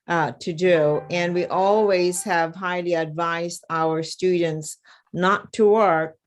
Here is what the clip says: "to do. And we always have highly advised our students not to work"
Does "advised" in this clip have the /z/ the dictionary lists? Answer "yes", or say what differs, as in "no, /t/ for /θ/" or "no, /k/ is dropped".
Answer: yes